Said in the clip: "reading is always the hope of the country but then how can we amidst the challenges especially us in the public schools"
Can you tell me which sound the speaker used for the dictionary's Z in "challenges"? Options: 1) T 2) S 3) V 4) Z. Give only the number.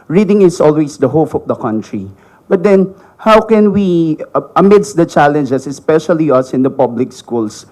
2